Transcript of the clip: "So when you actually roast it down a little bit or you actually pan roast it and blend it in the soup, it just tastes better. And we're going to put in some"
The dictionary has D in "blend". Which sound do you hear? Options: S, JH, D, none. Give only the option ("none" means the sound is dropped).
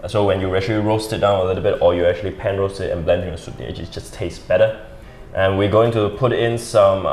D